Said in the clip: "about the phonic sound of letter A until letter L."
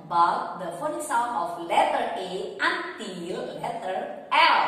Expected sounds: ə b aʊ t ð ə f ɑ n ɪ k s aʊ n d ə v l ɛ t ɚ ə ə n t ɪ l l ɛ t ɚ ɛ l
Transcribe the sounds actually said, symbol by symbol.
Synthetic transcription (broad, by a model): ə b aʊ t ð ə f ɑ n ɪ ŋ s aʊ n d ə f l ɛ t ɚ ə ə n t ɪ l l ɛ t ɚ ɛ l